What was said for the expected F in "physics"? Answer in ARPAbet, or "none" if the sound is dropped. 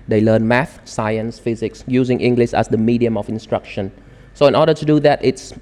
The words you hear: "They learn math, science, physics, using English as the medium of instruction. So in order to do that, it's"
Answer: F